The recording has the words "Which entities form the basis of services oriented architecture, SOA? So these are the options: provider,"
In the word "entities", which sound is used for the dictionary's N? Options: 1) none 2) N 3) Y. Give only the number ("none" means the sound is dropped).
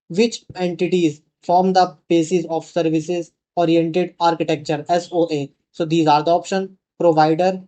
2